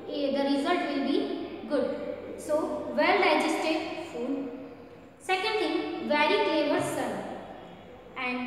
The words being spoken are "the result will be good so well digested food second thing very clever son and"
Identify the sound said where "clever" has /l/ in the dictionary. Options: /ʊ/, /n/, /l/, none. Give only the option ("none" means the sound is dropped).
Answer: none